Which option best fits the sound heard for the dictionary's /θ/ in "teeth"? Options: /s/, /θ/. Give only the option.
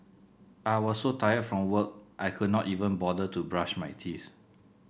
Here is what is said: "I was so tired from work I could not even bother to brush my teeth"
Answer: /s/